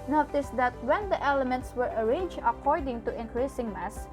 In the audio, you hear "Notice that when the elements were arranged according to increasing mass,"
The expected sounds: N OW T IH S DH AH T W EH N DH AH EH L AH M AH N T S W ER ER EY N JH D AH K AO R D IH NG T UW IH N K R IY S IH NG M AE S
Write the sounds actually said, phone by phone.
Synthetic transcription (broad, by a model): N OW T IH S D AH T W EH N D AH EH L AH M AH N T S W ER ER EY N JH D AH K AO R D IH NG T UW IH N K R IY S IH NG M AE S